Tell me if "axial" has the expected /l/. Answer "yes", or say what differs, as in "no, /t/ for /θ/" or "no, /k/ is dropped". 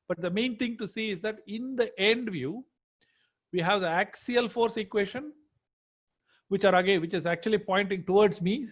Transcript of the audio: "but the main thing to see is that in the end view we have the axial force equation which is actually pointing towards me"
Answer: yes